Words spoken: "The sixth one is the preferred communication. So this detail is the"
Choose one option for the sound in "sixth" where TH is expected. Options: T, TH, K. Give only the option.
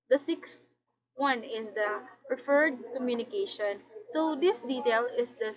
T